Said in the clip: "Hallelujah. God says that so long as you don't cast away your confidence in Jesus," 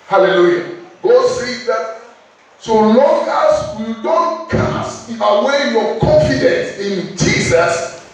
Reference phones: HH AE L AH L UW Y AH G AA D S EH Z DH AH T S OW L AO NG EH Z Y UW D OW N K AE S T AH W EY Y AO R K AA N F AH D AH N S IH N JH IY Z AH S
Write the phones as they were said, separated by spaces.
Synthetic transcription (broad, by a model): HH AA L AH L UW Y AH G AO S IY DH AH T S OW L AO NG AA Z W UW D OW N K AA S AH W EY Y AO K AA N F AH D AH N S IH N JH IY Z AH S